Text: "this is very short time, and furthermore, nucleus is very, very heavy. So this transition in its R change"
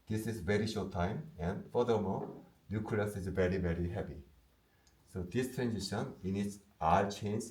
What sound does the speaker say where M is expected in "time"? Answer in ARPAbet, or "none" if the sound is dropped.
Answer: M